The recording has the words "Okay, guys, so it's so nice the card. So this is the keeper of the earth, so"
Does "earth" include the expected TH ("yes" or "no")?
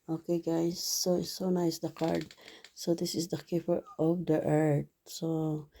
no